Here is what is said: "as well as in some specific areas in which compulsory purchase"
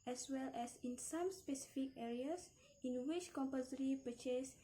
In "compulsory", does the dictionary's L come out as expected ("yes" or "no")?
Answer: no